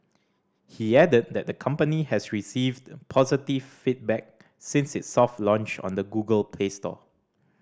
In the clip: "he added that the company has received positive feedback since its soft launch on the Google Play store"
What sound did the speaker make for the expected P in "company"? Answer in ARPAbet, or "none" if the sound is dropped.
P